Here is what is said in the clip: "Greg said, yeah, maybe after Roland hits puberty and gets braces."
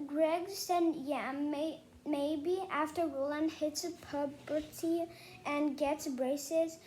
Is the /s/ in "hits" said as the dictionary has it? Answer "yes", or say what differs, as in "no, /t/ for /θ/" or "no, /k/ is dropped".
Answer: yes